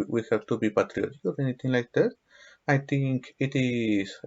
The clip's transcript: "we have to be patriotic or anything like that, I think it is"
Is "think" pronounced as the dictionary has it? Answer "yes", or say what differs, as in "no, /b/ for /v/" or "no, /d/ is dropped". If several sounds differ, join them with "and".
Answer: no, /t/ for /θ/